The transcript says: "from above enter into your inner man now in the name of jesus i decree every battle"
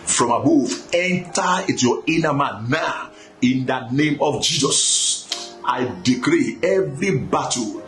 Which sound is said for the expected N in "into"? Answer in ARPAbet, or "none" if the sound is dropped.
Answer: none